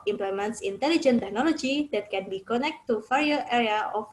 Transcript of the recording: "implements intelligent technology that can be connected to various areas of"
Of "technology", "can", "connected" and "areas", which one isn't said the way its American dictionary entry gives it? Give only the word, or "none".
areas